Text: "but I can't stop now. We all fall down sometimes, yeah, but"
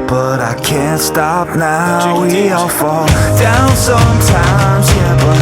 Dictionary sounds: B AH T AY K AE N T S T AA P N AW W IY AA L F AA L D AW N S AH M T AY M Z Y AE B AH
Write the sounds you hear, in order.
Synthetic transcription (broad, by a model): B AH T AY K AE N T S T AA P N AW W IY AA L F AA L D AW N S AH M T AY M Z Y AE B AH